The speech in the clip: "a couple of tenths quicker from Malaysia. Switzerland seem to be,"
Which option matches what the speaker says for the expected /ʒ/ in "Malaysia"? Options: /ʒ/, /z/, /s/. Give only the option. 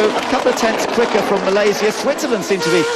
/z/